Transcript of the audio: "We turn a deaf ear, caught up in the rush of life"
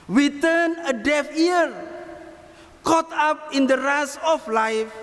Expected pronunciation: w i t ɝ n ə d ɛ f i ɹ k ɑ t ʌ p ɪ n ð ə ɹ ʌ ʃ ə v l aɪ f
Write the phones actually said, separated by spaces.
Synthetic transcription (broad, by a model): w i t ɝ n ə d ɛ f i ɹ k ɑ t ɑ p ɪ n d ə ɹ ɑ s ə f l aɪ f